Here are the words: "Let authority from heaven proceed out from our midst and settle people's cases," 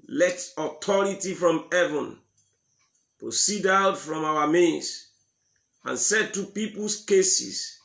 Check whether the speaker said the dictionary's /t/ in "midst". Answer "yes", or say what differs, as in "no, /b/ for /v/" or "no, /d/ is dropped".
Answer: no, /t/ is dropped